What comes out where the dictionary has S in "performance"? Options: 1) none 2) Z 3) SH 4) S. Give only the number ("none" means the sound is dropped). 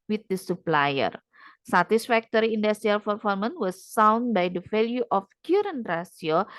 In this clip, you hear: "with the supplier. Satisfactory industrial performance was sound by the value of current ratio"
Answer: 1